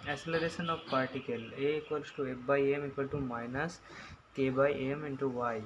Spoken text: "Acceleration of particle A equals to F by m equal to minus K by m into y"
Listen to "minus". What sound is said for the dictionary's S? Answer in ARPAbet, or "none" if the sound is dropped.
S